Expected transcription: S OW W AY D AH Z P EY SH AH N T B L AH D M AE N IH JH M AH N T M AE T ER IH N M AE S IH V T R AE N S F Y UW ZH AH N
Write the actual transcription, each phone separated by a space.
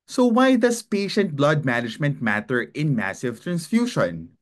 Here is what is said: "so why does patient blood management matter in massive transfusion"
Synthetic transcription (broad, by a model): S OW W AY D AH S P EY SH AH N T B L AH D M AE N IH JH M AH N T M AE T ER IH N M AE S IH V T R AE N S F Y UW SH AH N